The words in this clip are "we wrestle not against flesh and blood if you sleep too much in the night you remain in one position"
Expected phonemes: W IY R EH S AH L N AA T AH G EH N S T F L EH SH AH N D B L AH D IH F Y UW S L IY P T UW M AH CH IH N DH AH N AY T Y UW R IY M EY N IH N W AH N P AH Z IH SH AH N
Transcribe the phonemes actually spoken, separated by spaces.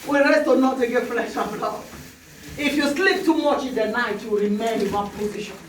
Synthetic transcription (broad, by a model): W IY R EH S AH N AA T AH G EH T F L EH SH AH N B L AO IH F Y UW S L IY P T UW M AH CH IH N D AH N AY T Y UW R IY M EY IH N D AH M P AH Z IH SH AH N